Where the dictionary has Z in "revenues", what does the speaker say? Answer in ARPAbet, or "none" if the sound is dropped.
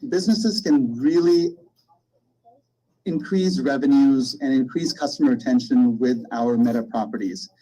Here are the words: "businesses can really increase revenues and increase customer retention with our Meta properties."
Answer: Z